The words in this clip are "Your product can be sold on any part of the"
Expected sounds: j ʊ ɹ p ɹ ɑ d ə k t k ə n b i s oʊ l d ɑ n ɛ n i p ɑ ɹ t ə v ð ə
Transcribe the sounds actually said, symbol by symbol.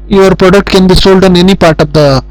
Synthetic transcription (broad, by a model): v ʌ ɹ p ɹ ɑ d ə k t k ə n b i s oʊ l d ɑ n ɛ n i p ɑ ɹ t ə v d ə